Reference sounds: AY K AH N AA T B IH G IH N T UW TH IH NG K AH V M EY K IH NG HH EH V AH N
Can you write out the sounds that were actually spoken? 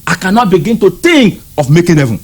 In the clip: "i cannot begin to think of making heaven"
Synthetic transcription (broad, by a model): AY K AH N AA T B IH G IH N T UW T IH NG K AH F M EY K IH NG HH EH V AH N